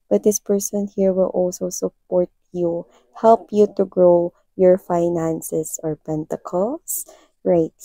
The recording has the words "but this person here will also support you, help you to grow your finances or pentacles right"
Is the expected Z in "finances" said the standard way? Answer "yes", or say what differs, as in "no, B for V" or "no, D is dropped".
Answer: no, S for Z